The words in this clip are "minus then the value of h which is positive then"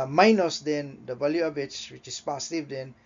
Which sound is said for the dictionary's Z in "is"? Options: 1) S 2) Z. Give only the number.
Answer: 1